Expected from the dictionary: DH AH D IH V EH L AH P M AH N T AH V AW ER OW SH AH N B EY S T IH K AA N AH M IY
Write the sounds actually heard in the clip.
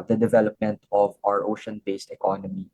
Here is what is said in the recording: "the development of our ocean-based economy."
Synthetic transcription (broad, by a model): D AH D IH V EH L AH P M AH N T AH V AW ER OW SH AH N B EY S T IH K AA N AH M IY